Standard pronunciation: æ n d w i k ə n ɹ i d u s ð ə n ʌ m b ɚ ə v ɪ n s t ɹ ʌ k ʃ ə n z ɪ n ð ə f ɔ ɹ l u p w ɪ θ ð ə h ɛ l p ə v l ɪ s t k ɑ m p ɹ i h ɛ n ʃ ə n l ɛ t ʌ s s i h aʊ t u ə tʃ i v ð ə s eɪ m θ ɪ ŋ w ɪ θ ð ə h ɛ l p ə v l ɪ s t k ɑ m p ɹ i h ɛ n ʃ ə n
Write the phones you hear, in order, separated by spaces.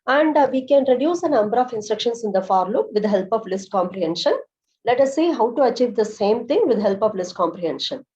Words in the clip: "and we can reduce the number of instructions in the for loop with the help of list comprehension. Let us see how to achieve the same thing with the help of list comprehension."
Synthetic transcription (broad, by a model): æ n d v i k ə n ɹ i d u s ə n ʌ m b ɚ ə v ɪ n s t ɹ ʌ k ʃ ə n s ɪ n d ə f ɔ ɹ l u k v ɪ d h ɛ l p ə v l ɪ s t k ɑ m p ɹ i h ɛ n ʃ ə n l ɛ t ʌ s s i h aʊ t u ə tʃ i v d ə s eɪ m t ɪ ŋ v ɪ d h ɛ l p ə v l ɪ s t k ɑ m p ɹ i h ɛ n ʃ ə n